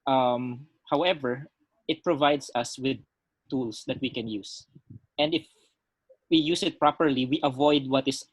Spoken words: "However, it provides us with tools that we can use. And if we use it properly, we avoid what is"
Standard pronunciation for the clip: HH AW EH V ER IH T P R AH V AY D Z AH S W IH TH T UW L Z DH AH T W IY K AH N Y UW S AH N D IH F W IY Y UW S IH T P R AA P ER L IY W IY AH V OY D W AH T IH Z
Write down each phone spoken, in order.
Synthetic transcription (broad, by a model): HH AW EH V ER IH T P R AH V AY D S AH S W IH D T UW L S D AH T W IY K AH N Y UW S AH N D IH F W IY Y UW S IH T P R AA P ER L IY W IY AH V OY D W AH T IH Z